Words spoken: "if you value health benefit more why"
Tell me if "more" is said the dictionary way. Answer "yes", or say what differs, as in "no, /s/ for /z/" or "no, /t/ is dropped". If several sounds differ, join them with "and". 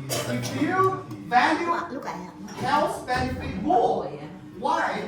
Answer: no, /l/ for /ɹ/